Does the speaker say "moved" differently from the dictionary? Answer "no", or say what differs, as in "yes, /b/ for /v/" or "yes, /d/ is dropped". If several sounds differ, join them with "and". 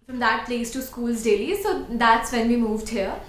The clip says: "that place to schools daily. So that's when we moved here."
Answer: no